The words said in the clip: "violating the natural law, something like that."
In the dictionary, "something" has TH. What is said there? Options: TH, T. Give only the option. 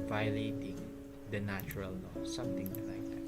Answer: T